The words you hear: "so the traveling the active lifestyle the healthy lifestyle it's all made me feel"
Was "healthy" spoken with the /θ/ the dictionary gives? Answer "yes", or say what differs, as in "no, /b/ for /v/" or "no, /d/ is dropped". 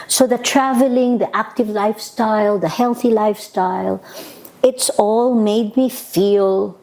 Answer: yes